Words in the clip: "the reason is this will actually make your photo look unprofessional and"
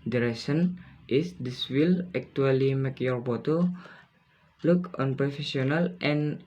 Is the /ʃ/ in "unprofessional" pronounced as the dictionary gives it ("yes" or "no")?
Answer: no